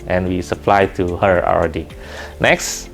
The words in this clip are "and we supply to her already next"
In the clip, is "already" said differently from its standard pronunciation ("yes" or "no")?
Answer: yes